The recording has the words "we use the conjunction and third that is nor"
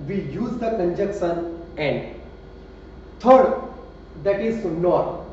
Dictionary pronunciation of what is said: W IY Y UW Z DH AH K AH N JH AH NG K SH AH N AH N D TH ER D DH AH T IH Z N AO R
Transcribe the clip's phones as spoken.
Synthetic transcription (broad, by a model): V IY Y UW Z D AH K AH N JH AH K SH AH N AH N D T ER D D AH T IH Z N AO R